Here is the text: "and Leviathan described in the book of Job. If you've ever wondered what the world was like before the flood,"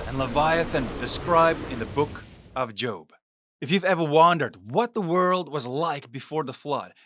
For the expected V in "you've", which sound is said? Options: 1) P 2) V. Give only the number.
2